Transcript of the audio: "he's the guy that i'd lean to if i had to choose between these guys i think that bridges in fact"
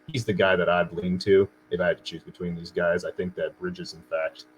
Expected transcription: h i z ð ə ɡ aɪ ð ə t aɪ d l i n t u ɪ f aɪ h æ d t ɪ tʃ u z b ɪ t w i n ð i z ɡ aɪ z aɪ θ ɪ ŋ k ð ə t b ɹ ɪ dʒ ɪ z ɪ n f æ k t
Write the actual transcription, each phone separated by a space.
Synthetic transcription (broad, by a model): h i z ð ə ɡ aɪ ð ə t aɪ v l i n t u ɪ f aɪ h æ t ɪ tʃ u z b ɪ t w i n ð i z ɡ aɪ z aɪ θ ɪ ŋ k ð ə t b ɹ ɪ dʒ ɪ z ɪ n f æ k t